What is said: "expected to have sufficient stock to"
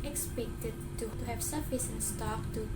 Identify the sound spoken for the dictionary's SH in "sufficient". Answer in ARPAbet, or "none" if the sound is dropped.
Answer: S